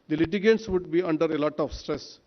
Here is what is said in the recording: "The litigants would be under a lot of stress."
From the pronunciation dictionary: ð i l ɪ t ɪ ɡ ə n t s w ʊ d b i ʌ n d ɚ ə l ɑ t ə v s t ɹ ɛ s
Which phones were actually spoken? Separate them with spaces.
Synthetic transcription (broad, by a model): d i l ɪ t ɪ ɡ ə t s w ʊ d b i ʌ n d ɚ ə l ɑ t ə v s t ɹ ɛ s